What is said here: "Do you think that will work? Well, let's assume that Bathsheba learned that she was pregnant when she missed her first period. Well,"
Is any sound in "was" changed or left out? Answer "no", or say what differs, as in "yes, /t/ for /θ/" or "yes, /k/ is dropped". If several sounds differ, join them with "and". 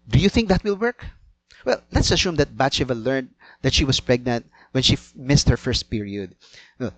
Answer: yes, /s/ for /z/